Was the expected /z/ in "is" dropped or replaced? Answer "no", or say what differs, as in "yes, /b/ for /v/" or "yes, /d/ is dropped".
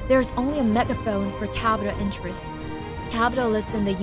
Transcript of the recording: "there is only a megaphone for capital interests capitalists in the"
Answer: no